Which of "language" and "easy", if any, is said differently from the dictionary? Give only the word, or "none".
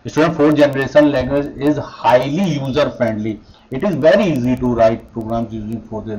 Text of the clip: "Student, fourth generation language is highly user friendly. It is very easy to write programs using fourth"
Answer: language